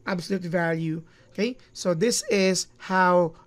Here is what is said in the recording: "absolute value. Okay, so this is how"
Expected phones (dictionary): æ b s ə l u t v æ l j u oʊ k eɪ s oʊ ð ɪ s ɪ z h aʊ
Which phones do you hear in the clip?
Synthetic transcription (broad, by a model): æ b s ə l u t v æ l j u oʊ k eɪ s oʊ ð ɪ s ɪ z h aʊ